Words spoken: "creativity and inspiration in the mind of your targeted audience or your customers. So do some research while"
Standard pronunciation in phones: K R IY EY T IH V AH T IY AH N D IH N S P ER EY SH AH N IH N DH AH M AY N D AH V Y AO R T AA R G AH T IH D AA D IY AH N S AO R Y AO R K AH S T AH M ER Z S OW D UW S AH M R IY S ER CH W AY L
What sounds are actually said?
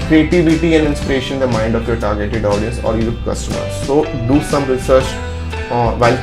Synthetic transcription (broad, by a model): K R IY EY T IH V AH T IY AH N D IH N S P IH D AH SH IH N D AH M AY N D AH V Y AO R T AA R G AH T IH D AA D IY AH N S AO R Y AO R K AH S T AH M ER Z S OW D UW S AH M R IY S ER CH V AY L